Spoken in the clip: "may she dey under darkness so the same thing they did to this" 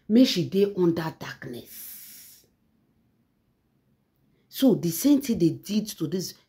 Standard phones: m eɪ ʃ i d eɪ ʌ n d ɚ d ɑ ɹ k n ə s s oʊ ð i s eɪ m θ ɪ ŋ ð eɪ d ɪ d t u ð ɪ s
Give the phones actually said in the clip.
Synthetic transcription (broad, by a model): m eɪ ʃ i d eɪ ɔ n d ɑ d ɑ k n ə s s oʊ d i s eɪ m t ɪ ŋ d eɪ d ɪ d t u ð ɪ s